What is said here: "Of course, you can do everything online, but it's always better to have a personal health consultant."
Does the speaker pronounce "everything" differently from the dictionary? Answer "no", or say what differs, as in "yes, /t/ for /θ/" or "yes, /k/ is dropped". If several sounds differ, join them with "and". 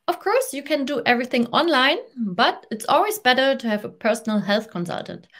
no